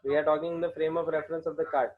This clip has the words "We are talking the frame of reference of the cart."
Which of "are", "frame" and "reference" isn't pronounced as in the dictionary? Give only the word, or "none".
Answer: none